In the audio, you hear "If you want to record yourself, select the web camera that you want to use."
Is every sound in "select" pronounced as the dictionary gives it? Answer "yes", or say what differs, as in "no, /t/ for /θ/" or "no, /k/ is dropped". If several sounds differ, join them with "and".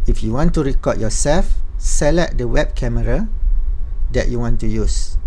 no, /k/ is dropped